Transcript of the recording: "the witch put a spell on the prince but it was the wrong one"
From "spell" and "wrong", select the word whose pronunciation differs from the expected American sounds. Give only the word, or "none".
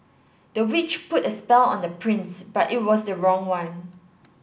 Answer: none